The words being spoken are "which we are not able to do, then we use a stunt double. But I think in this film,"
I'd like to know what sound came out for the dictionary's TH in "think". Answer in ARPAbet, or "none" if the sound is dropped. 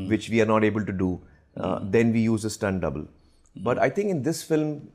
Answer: T